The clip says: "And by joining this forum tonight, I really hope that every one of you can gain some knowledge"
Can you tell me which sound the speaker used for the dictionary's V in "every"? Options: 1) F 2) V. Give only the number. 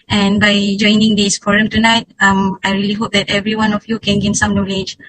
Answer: 2